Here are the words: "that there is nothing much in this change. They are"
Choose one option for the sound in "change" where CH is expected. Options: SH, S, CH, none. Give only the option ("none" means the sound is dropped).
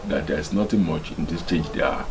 CH